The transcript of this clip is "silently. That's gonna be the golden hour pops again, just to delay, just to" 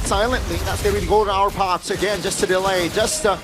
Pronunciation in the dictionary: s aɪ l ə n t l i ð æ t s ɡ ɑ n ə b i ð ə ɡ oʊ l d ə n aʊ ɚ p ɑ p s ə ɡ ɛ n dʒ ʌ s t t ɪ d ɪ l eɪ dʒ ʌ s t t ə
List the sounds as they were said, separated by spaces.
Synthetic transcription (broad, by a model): s aɪ l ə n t l i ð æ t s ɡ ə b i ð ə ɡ oʊ l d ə ʊ ɚ p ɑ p s ə ɡ ɛ n dʒ ʌ s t t ɪ d ɪ l eɪ dʒ ʌ s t t